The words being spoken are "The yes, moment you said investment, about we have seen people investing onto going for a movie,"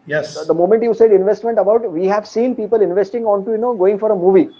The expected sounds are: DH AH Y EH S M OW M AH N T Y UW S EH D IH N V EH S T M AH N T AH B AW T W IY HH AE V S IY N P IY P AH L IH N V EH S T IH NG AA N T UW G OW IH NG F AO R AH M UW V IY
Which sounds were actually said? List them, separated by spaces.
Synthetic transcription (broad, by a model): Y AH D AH M OW M AH N T Y UW S EH D IH N V EH S T M AH N T AH B AW T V IY HH AE V S IY N P IY P AH L IH N V EH S T IH NG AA N T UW G OW IH NG F AO R AH M UW V IY